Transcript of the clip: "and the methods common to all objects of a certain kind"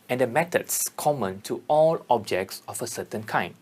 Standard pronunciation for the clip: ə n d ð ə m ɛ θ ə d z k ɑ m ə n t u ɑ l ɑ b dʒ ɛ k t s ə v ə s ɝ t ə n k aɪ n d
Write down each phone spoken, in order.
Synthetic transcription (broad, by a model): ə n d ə m ɛ t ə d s k ɑ m ə n t u ɑ l ɑ b dʒ ɛ k t s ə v ə s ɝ t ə n k aɪ n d